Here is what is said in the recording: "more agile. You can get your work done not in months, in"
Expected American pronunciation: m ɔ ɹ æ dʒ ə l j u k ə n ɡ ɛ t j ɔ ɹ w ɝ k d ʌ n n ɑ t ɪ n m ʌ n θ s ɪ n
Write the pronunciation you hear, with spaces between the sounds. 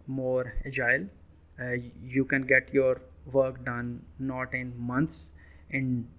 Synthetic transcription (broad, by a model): m ɔ ɹ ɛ dʒ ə l j u k ə n ɡ ɛ t j ɔ ɹ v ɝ k d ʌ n n ɑ t ɪ n m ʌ n t s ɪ n